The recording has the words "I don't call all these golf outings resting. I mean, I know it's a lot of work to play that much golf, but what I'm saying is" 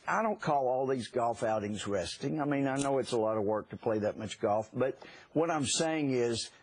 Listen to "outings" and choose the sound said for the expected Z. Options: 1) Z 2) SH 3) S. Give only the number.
1